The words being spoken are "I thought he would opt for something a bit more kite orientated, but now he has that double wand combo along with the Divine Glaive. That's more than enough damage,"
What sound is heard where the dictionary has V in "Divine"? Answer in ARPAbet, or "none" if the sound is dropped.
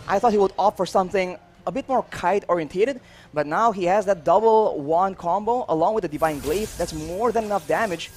V